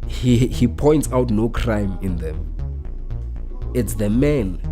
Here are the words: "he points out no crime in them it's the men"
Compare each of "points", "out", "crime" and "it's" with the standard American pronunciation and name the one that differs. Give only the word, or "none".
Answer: none